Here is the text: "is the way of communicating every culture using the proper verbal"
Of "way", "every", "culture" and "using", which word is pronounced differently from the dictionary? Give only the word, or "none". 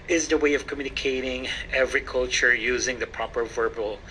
none